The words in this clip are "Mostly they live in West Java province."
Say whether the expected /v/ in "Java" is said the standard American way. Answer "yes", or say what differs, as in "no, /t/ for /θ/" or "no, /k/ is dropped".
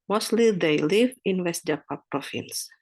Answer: no, /p/ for /v/